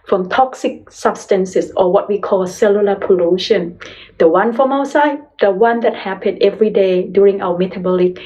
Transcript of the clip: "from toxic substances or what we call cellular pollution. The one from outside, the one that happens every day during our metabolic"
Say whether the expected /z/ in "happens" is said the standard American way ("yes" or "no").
no